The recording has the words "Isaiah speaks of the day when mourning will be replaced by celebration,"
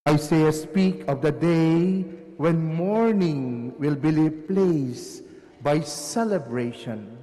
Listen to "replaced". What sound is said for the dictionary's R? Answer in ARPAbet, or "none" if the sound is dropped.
L